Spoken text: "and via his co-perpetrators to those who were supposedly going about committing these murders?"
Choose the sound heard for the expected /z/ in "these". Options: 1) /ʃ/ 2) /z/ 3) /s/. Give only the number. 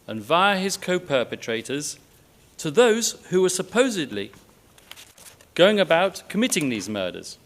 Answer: 2